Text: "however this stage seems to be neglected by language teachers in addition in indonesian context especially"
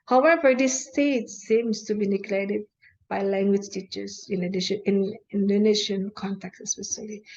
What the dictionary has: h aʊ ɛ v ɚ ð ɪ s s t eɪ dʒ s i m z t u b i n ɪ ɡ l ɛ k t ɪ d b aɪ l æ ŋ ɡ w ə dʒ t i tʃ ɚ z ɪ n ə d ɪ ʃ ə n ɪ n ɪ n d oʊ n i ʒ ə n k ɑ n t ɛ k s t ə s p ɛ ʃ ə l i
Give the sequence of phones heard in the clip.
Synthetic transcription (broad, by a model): h aʊ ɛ v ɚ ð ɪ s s t eɪ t s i m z t u b i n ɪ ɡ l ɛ t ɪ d b aɪ l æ ŋ ɡ w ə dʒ t i tʃ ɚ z ɪ n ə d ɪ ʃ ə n ɪ n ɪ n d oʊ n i ʃ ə n k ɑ n t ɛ k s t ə s p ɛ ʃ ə l i